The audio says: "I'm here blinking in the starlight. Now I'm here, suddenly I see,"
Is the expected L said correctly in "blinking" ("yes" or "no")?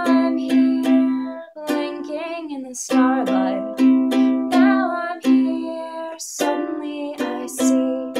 no